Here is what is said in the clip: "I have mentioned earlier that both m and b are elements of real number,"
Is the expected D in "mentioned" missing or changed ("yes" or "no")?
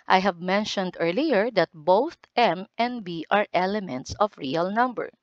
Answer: no